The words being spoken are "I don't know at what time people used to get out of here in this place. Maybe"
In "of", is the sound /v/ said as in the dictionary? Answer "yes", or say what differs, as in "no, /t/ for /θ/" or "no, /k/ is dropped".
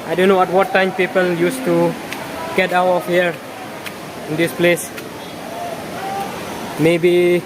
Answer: no, /f/ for /v/